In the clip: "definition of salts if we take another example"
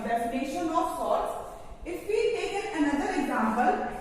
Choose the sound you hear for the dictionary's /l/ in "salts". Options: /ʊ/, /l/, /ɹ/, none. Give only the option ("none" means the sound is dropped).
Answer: none